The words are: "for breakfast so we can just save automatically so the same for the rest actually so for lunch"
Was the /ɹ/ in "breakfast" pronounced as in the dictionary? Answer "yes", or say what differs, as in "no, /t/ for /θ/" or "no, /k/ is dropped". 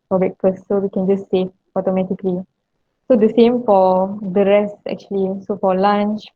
no, /ɹ/ is dropped